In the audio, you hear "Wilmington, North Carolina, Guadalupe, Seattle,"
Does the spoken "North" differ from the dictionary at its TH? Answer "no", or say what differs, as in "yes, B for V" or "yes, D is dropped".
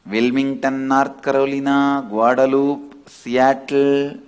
yes, T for TH